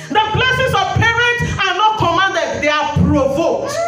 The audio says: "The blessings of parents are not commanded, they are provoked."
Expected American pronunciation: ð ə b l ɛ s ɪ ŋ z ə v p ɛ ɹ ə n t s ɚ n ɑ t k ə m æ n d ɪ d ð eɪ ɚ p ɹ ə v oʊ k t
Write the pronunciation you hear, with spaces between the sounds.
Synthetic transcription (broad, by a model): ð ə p l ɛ s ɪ z ə v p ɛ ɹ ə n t ɑ n ɑ t k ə m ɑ n d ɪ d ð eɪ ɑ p ɹ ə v oʊ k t